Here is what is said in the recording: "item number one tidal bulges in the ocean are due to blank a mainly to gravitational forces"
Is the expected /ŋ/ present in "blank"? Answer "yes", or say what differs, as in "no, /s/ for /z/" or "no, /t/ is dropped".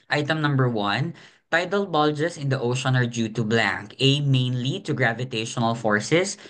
yes